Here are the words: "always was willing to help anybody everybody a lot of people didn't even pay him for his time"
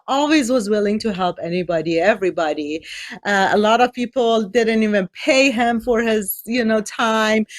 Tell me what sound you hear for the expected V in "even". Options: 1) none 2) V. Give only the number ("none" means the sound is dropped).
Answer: 2